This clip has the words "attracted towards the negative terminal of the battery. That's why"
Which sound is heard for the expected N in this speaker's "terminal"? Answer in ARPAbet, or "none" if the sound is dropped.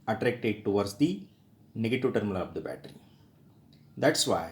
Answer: L